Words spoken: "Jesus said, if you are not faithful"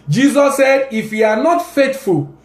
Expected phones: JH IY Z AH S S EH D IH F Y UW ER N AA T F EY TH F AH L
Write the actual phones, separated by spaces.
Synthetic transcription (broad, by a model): JH IY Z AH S S EH D IH F Y UW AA N AA T F EY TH F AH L